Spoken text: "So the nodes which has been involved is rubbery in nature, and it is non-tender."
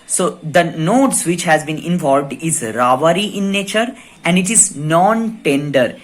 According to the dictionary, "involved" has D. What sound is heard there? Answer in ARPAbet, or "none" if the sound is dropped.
D